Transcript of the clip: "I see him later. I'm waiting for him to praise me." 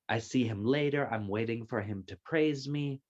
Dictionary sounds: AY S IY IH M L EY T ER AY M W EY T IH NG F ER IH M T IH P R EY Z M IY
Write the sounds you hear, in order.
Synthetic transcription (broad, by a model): AY S IY IH M L EY T ER AY M W EY T IH NG F ER IH M T IH P R EY Z M IY